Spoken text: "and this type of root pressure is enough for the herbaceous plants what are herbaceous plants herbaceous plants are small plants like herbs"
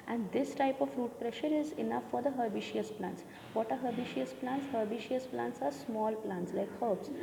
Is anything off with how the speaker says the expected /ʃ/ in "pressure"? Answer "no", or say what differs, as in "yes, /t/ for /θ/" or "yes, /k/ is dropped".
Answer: no